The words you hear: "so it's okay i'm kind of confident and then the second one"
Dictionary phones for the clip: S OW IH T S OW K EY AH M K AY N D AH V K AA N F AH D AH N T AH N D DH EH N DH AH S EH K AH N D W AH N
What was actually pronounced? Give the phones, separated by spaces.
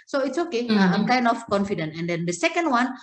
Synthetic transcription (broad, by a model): S OW IH T S OW K EY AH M K AY N D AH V K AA N F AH D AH N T AH N D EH N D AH S EH K AH N D W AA N